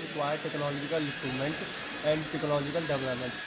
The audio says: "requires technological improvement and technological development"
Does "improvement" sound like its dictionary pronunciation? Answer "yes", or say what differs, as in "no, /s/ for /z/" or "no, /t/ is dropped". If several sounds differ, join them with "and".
no, /v/ is dropped